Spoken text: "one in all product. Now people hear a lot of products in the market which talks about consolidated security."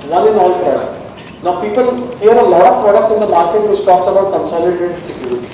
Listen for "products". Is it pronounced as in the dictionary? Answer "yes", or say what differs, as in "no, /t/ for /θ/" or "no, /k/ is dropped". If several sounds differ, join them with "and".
yes